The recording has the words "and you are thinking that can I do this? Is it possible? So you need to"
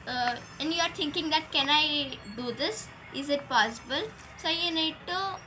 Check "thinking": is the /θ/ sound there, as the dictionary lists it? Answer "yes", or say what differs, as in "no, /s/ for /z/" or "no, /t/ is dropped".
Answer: no, /t/ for /θ/